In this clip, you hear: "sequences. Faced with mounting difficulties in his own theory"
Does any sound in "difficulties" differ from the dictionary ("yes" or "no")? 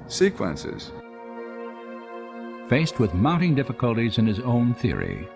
no